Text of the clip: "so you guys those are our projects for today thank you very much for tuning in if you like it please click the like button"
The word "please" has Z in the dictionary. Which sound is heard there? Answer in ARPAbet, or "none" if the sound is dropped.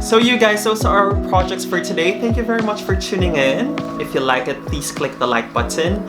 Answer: S